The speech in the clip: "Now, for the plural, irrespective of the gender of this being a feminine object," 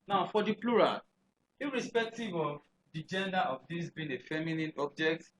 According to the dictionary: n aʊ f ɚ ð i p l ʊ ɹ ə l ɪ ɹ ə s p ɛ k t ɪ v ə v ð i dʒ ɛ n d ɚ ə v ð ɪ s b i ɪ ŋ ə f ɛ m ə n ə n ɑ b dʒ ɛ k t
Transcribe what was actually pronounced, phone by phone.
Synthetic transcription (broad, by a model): n aʊ f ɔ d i p l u ɹ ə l ɪ ɹ ə s p ɛ k t ɪ v ə v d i dʒ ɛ n d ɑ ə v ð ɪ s b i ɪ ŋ ə f ɛ m ə n ə n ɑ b dʒ ɛ k t